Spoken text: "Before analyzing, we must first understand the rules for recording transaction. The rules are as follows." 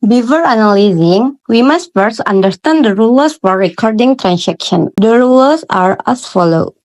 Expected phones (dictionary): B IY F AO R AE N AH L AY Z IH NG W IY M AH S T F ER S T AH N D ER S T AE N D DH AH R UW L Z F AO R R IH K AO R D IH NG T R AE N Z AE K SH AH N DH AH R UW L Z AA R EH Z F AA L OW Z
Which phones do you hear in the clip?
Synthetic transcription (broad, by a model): B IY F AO R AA N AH L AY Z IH NG W IY M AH S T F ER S AH N D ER S T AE N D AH R UW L S F AO R R IH K AO R D IH NG T R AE N S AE K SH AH N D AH R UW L S AA R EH S F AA L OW